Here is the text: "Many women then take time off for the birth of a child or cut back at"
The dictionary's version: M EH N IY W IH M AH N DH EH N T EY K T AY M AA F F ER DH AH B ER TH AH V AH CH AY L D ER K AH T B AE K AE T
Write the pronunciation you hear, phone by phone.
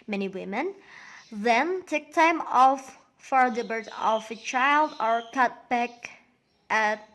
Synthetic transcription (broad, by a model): M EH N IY W IH M AH N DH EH N T EY K T AY M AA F F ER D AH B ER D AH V AH CH AY L D ER K AH T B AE K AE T